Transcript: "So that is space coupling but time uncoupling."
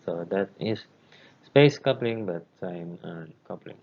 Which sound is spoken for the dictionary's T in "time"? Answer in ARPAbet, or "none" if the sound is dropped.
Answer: S